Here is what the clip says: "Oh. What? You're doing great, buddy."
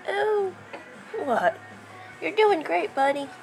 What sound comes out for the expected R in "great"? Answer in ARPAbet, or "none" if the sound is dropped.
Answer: R